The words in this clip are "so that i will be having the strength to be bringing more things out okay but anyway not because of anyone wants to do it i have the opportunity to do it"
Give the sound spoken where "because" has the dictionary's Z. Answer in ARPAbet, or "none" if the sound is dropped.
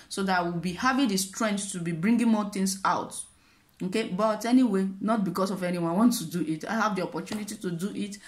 S